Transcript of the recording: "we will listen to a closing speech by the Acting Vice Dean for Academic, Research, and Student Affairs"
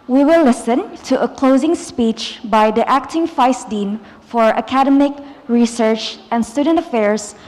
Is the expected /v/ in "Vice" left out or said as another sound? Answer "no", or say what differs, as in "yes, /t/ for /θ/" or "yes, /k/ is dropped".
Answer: yes, /f/ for /v/